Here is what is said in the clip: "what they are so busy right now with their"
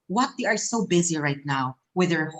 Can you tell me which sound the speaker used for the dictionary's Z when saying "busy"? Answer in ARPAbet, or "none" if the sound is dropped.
Z